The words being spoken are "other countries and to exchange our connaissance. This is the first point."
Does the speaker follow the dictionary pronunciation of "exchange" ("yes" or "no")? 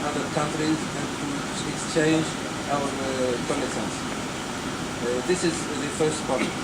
yes